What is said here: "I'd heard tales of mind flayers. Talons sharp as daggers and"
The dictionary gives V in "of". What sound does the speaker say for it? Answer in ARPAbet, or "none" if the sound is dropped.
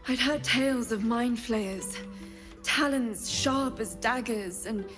V